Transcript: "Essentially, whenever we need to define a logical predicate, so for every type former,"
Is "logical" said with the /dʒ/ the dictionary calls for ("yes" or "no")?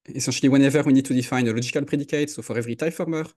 no